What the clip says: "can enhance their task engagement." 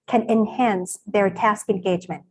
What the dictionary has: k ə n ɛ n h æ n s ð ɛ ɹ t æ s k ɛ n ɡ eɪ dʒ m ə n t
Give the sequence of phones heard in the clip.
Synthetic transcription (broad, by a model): k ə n ɛ n h æ n s ð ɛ ɹ t æ s k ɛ n ɡ eɪ dʒ m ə n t